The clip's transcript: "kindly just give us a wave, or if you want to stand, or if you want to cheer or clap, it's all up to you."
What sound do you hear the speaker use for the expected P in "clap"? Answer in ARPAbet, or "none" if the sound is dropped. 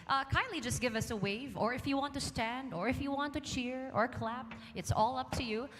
P